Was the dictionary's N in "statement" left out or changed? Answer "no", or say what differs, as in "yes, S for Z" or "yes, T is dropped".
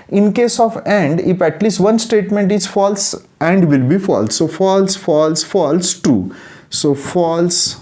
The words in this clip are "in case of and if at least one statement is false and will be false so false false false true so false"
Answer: no